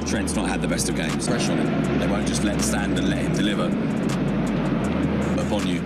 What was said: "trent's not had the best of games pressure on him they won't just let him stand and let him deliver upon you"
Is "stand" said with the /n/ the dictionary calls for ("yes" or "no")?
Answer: yes